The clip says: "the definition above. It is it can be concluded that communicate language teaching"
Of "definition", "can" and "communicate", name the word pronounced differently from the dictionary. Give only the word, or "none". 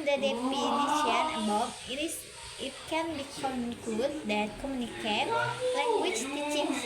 definition